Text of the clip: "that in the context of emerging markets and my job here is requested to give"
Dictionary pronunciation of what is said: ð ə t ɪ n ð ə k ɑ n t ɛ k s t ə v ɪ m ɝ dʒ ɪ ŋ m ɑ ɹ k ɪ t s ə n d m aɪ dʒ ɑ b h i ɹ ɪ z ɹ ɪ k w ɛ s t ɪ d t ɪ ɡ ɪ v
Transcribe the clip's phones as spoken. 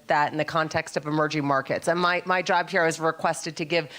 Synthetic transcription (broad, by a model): ð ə t ɪ n ð ə k ɑ n t ɛ k s t ə v ɪ m ɝ dʒ ɪ ŋ m ɑ ɹ k ɪ t s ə n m m aɪ dʒ ɑ b h i ɹ ɪ z ɹ ɪ k w ɛ s t ɪ d t ɪ ɡ ɪ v